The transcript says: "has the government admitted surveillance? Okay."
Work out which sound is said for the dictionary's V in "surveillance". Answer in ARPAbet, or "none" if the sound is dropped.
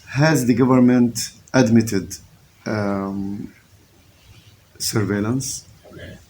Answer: V